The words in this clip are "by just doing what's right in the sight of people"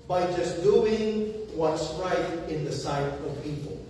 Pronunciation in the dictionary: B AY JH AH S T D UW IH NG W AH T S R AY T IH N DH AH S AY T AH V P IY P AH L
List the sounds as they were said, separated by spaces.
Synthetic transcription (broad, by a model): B AY JH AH S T D UW IH NG W AH T S R AY T IH N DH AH S AY T AH V P IY P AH L